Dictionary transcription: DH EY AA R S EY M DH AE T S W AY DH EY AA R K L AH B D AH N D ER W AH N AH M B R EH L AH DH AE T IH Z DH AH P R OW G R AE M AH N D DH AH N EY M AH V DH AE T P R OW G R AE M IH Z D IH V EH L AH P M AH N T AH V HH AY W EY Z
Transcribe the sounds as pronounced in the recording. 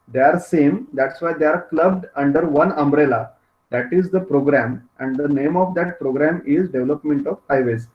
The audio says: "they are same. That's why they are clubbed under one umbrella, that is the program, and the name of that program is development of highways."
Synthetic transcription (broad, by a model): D EY AA R S EY M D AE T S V AY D EY AA R K L AH B D AH N D ER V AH N AH M B R EH L AH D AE T IH Z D AH P R OW G R AE M AH N D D AH N EY M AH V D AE T P R OW G R AE M IH Z D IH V L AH P M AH N T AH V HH AY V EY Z